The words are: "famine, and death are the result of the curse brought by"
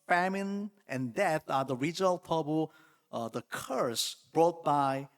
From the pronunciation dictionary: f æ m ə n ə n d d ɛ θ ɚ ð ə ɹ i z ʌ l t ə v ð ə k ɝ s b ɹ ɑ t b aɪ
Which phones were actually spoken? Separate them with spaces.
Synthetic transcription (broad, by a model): f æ m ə n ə n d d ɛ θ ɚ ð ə ɹ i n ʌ l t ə b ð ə k ɝ s b ɹ ɑ t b aɪ